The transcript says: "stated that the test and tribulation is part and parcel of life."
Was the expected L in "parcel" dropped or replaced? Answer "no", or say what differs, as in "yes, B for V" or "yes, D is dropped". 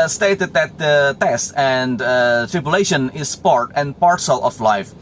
no